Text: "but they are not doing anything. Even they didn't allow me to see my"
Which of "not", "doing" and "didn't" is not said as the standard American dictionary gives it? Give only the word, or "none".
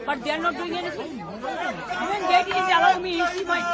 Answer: didn't